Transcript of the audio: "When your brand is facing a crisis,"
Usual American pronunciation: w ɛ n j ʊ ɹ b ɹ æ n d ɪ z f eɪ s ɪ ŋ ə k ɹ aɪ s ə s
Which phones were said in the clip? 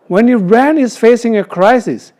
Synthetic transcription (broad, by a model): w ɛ n j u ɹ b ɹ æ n ɪ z f eɪ s ɪ ŋ ə k ɹ aɪ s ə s